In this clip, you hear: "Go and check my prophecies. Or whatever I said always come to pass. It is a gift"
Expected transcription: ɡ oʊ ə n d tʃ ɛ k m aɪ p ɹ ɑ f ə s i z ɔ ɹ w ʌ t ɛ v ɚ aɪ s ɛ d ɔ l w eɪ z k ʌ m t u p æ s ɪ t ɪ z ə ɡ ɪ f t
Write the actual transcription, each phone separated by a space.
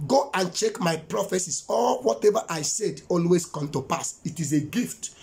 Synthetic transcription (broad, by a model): ɡ oʊ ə n tʃ ɛ k m aɪ p ɹ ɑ f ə s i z ɔ l w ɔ t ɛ v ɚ aɪ s ɛ d ɔ l w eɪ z k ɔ m t u p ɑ s ɪ t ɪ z ə ɡ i f t